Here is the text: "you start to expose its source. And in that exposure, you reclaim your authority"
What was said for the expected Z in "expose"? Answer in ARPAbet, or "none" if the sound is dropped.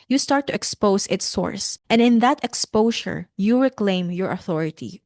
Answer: S